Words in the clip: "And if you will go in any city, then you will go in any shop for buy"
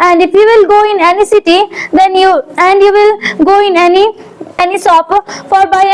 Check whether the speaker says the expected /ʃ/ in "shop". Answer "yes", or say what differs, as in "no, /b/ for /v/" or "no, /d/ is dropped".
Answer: no, /s/ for /ʃ/